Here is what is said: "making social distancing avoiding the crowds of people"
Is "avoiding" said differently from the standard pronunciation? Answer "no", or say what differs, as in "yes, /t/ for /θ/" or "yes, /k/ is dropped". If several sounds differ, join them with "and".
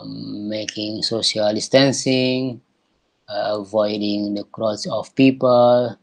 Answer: no